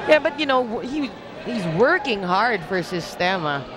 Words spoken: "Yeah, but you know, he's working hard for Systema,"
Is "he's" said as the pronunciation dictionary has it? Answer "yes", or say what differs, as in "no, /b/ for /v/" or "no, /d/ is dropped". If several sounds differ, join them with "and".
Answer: yes